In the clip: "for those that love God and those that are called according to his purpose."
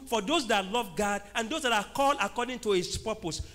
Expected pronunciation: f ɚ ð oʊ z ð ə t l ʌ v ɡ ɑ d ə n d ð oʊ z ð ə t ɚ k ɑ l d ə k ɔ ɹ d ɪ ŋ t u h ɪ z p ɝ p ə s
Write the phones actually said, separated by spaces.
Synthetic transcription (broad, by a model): f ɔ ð oʊ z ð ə t l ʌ v ɡ ɑ d ə n d oʊ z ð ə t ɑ k ɑ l ə k ɔ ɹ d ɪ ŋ t u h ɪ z p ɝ p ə s